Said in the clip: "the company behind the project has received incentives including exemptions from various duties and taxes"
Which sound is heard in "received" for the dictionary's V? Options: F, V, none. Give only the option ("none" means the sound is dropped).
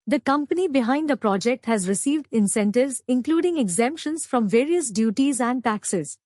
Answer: V